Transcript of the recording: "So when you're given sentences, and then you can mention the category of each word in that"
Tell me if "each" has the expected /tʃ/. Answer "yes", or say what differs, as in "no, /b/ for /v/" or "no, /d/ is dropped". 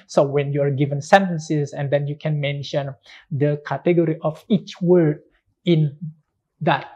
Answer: yes